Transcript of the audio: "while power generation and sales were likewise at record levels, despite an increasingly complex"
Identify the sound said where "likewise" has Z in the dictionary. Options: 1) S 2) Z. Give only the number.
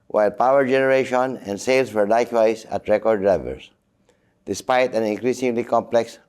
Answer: 1